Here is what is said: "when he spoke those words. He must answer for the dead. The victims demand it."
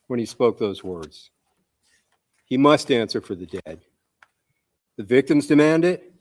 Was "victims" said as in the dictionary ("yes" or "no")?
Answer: yes